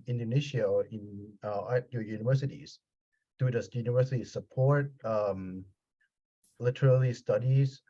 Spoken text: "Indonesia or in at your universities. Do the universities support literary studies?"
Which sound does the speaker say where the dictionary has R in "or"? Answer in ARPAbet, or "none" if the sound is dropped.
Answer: L